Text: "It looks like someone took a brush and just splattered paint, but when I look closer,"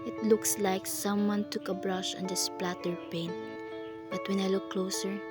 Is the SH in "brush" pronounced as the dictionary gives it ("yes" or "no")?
yes